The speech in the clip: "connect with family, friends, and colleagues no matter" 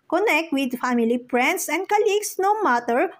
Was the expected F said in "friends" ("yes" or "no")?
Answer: no